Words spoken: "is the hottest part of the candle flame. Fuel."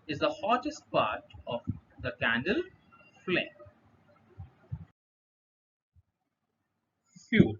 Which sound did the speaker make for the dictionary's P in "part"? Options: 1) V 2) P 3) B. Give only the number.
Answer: 2